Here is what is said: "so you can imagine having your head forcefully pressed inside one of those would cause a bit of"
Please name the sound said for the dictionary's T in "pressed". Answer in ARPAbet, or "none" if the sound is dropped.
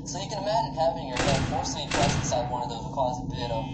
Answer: none